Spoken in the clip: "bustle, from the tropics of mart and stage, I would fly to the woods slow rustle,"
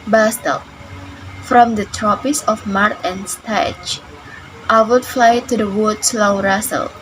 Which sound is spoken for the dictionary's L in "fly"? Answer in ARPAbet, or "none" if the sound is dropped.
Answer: L